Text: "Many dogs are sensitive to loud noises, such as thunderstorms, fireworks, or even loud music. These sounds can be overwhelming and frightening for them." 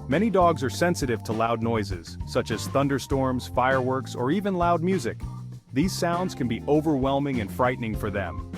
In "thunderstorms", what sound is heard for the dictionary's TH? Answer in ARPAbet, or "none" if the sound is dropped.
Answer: TH